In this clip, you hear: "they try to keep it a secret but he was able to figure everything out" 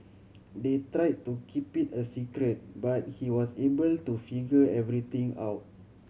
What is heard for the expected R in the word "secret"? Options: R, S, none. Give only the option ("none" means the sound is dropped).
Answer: R